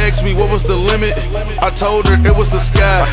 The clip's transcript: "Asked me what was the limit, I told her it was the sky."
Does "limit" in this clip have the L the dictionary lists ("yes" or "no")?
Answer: yes